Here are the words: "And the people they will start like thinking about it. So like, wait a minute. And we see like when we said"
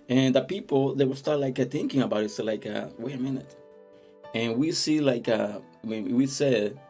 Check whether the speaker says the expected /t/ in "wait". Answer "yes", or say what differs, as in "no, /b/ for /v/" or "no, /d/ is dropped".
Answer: no, /t/ is dropped